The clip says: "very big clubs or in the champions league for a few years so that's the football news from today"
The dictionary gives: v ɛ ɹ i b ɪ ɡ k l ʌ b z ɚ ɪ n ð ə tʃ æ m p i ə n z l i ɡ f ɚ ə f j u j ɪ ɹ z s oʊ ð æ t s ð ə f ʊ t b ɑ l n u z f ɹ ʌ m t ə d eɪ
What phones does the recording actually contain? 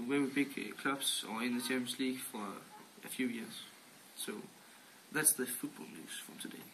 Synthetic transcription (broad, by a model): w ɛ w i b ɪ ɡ k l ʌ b s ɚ ɪ n ð ə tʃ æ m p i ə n s l i ɡ f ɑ ə f j u j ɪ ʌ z s oʊ ð æ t s ð ə f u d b ɑ l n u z f ɹ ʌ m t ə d eɪ